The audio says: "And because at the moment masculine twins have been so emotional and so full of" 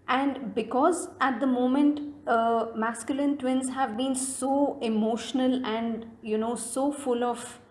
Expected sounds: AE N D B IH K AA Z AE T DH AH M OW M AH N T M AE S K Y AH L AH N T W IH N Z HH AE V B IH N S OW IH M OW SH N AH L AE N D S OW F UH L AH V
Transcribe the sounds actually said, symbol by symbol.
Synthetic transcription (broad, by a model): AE N D B IH K AA Z AE T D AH M OW M AH N T M AE S K Y AH L AH N T W IH N Z HH AE V B IH N S OW IH M OW SH N AH L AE N D S OW F UH L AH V